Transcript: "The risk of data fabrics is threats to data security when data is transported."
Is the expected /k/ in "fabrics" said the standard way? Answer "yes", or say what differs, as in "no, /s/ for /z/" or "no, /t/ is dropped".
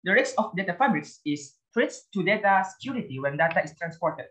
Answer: no, /k/ is dropped